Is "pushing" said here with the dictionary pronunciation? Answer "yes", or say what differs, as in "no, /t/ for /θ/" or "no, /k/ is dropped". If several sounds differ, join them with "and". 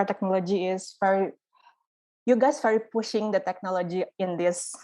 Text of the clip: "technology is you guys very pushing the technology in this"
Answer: yes